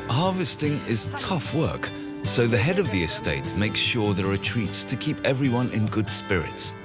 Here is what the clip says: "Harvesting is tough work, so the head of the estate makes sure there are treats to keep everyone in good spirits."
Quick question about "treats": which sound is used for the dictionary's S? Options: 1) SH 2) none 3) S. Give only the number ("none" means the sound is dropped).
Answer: 3